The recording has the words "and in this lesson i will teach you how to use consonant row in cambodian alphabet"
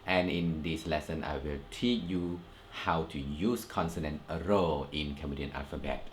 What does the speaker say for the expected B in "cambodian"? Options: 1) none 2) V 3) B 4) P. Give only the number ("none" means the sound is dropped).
1